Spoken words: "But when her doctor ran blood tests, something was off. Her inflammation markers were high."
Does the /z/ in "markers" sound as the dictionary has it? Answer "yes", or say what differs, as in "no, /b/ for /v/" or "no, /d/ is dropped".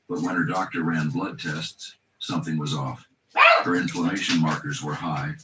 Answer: yes